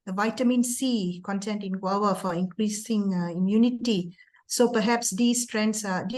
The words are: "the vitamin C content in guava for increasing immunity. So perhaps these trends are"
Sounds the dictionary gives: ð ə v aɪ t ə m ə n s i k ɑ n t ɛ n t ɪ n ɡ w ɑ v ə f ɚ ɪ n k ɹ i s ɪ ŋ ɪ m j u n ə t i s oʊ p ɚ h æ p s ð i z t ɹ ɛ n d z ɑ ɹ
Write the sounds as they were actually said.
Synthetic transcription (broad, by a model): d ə v aɪ t ə m ə n s i k ɑ n t ɛ n t ɪ n ɡ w ɑ w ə f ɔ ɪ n k ɹ i s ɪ ŋ ɪ m j u n ə t i s oʊ p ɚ h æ p s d i s t ɹ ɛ n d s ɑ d